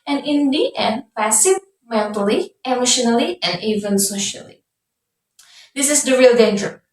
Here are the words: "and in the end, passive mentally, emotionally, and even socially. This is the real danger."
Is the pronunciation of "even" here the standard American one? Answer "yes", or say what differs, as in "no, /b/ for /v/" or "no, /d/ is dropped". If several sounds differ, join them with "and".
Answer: yes